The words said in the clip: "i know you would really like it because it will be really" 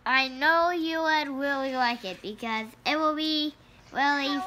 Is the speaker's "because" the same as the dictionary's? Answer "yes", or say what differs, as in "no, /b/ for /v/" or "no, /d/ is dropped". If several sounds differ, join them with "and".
yes